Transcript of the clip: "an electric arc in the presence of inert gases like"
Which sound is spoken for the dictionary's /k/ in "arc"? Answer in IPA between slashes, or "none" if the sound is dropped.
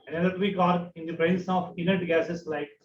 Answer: none